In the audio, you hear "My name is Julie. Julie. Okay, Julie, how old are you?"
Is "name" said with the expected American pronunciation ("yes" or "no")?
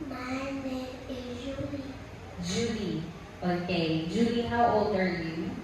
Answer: no